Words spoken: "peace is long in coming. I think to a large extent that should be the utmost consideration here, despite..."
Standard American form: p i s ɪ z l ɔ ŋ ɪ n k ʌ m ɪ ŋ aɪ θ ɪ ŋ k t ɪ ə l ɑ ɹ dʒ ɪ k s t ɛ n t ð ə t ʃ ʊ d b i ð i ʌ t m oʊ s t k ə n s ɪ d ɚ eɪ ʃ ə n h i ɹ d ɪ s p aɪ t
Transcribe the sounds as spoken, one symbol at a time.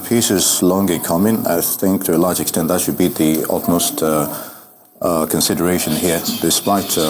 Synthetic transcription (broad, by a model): p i s ɪ z l ɔ ŋ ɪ k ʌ m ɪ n aɪ θ ɪ ŋ k t ɪ ə l ɑ ɹ dʒ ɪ k s t ɛ n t ð ə t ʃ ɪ d b i ð i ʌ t m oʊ s t k ə n s ɪ d ɚ eɪ ʃ ə n h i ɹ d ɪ s p aɪ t